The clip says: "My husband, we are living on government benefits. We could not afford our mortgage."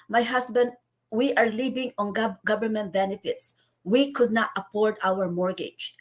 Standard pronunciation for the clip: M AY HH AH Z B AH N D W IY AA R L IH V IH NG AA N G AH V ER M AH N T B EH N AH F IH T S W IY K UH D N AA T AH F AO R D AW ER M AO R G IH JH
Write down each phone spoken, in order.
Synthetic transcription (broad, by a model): M AY HH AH S B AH N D W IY AA R L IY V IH NG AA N G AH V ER M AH N T B EH N AH F IH T S W IY K UH D N AA T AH P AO R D AW ER M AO R G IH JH